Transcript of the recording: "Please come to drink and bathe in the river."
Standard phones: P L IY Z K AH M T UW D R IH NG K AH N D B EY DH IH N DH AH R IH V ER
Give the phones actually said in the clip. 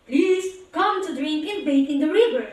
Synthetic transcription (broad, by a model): P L IY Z K AH M T UW D R IH NG K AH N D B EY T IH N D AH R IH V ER